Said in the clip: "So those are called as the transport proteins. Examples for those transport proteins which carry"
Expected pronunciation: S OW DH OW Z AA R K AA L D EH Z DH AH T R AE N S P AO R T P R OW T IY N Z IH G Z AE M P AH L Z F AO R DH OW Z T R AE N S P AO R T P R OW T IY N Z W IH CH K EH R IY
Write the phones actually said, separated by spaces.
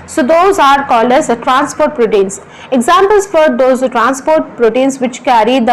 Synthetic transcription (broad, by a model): S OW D OW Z AA R K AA L AH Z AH T R AE N S P AO R T P R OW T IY N S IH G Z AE M P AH L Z F AO R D OW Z T R AE N S P AO R T P R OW T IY N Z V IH CH K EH R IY